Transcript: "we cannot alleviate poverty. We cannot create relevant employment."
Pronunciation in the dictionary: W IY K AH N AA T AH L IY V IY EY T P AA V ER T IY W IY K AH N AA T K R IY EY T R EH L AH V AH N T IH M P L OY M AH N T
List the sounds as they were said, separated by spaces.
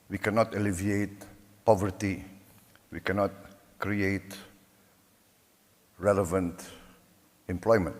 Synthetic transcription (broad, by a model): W IY K AH N AA T AH L IY V IY EY T P AA V ER T IY W IY K AH N AA T K R IY EY T R EH L AH V AH N T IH M P L OY M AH N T